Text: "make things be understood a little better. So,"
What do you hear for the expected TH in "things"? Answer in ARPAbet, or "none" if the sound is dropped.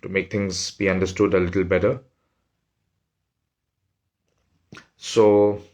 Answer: T